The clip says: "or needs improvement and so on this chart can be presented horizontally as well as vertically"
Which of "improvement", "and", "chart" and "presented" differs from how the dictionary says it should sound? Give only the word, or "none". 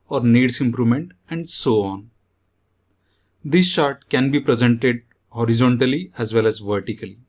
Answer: chart